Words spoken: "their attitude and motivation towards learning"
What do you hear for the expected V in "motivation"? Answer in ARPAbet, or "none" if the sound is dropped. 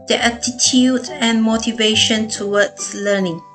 V